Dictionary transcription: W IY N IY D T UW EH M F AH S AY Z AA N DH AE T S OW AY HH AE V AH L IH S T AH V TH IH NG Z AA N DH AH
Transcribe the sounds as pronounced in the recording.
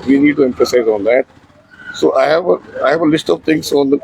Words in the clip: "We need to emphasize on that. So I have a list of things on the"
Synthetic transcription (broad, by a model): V IY N IY D T UW EH M F AH S AY Z AA N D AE T S OW AY HH AE V AH L IH S T AH V T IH NG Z AA N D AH